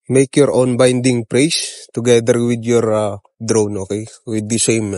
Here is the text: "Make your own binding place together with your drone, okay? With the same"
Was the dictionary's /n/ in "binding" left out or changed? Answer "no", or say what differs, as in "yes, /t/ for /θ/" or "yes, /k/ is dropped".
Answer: no